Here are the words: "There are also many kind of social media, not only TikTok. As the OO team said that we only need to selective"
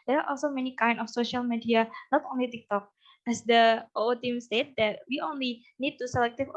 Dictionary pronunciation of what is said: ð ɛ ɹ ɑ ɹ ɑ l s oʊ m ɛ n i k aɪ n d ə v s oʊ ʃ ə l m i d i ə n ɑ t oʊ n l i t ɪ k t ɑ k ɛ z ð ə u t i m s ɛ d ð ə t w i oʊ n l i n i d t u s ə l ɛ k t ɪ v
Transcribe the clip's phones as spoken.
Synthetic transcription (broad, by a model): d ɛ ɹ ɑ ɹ ɑ l s oʊ m ɛ n i k aɪ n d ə f s oʊ ʃ ə l m i d i ə n ɑ t oʊ n l i t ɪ k t ɑ k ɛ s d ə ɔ t i m s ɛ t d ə t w i oʊ n l i n i d t u s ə l ɛ k t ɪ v